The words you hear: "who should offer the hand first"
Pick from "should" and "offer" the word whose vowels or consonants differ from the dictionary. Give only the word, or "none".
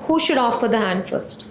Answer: none